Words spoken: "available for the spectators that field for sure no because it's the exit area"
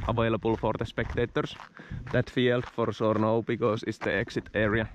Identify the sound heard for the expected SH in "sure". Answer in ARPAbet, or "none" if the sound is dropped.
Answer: S